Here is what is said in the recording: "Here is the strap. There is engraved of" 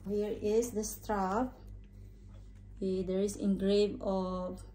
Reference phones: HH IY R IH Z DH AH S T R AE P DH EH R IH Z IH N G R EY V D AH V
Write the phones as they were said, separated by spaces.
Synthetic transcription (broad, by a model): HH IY R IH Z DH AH S T R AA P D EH R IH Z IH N G R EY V AH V